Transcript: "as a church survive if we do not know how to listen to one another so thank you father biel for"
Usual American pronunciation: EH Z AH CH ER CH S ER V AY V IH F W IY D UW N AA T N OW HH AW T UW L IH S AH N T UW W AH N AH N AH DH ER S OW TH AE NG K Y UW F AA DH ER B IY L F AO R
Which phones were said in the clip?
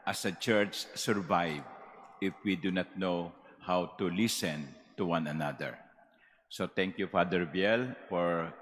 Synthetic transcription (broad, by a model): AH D AH CH ER CH S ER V AY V IH F W IY D UW N AA T N OW HH AW T UW L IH S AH N T UW W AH N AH N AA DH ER S OW T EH NG K Y UW F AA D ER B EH L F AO R